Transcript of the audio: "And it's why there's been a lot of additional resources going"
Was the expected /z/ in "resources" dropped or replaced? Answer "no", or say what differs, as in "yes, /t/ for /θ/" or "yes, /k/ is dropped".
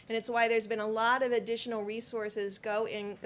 no